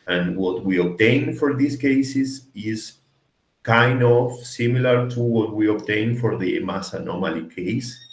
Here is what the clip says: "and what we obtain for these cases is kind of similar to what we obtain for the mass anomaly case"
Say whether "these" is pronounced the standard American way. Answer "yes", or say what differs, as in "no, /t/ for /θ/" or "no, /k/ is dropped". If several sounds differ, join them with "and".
no, /s/ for /z/